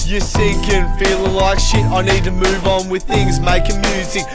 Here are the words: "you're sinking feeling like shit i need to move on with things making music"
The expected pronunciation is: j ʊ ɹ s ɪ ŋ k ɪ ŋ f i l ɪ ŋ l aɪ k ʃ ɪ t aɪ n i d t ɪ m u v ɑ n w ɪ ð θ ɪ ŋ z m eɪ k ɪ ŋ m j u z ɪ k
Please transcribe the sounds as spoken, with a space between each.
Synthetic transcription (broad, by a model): j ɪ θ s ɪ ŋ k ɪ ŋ f i l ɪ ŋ l aɪ k ʃ ɪ t aɪ n i d t ɪ m u v n w ɪ ð θ ɪ ŋ z m eɪ k ɪ ŋ m j u z ɪ k